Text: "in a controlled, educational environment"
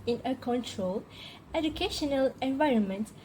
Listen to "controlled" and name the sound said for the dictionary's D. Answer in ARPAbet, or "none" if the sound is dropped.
none